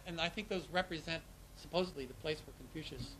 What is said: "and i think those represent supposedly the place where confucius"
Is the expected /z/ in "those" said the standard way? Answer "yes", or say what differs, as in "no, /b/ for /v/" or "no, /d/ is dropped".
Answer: yes